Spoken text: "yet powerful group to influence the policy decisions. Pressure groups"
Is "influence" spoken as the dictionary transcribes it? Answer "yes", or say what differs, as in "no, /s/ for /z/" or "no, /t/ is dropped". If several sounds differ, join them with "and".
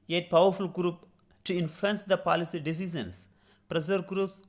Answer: no, /l/ is dropped